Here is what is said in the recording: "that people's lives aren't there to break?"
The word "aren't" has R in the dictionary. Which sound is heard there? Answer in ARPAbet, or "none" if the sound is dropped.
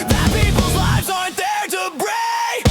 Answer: none